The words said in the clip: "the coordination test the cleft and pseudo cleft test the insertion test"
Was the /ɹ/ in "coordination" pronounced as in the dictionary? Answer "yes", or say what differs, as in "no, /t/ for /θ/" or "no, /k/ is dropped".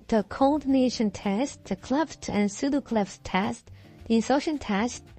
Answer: no, /l/ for /ɹ/